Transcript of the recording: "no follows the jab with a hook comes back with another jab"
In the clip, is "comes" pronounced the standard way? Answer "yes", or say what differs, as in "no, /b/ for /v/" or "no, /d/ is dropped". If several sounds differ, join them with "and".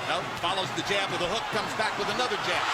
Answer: yes